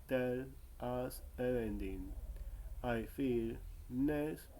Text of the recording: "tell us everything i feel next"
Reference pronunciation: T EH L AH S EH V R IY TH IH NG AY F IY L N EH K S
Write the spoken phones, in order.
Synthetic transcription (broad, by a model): T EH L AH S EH R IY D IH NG AY F IY L N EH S